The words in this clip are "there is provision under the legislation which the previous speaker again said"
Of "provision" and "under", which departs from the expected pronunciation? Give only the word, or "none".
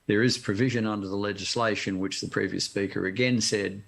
none